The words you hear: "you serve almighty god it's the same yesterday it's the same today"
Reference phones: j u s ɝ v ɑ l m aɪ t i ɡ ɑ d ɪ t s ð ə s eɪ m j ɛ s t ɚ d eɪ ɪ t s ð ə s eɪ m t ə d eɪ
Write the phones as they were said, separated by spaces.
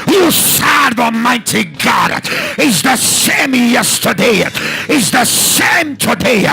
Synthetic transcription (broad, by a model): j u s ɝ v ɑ m aɪ t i ɡ ɑ d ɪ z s ð ə s eɪ m j ɛ s t ɚ d eɪ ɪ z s ð ə s eɪ m t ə d eɪ